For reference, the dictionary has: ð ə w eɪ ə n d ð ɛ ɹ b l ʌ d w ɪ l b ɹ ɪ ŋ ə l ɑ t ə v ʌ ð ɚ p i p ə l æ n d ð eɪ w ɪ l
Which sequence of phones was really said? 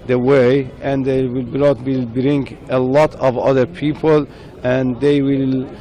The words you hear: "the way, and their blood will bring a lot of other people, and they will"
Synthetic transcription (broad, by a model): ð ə w eɪ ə n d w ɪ l b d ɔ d w ɪ l b ɹ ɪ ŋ ə l ɑ t ə v ʌ ð ɚ p i p ə l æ n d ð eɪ w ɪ l